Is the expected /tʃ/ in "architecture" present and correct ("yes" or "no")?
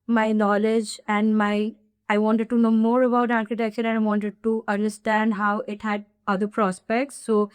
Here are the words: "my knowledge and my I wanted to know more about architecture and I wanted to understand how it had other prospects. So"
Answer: no